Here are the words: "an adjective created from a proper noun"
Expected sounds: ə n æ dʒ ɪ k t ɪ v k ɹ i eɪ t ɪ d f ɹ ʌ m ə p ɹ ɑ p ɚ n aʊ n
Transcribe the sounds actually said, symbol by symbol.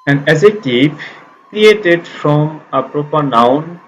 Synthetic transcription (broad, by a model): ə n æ z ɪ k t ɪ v k ɹ i eɪ t ɪ d f ɹ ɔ m ə p ɹ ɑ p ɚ n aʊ n